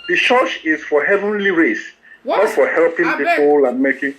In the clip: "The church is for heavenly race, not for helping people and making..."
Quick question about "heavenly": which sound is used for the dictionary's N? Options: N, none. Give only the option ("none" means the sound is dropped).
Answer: N